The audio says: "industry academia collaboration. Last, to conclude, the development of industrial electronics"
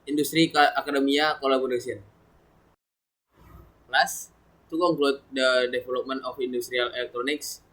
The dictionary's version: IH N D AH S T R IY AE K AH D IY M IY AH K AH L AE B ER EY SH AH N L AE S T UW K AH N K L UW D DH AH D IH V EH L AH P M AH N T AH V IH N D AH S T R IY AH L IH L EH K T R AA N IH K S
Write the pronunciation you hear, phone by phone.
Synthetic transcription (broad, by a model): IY N D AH S T R IY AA K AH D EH M IY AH K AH L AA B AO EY S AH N L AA S T UW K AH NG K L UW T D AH D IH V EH L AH P M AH N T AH F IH N D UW S T R IY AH L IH L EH K T R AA N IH K S